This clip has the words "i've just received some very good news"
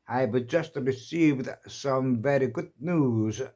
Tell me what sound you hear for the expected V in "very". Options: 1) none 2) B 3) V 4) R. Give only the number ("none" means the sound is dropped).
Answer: 3